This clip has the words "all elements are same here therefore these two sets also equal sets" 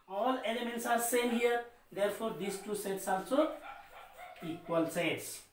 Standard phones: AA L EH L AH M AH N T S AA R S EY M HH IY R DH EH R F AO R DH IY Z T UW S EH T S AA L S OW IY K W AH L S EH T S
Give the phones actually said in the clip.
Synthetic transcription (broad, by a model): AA L EH L AH M AH N T S AA R S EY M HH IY R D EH R P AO R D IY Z T UW S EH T S AA L S OW IY K W AH L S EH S